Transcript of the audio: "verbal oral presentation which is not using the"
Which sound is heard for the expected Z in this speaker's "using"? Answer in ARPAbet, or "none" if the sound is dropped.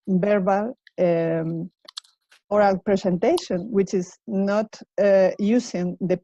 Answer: S